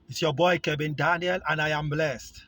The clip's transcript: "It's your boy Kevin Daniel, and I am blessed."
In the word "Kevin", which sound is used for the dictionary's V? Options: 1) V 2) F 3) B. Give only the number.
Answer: 3